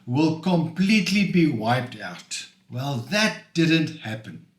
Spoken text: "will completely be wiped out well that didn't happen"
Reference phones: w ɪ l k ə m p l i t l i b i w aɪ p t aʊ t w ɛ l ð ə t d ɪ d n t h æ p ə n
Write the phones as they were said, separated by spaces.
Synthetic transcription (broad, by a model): w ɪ l k ə m p l i t l i b i w aɪ p t aʊ t w ɛ l ð ə t d ɪ d n t h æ p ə n